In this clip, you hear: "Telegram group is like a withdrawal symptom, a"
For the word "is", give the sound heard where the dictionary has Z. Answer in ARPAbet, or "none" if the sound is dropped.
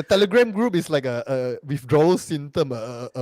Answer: S